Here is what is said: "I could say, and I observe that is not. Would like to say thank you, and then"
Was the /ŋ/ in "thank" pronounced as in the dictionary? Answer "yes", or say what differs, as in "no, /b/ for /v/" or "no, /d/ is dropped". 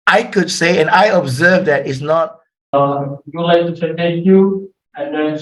no, /ŋ/ is dropped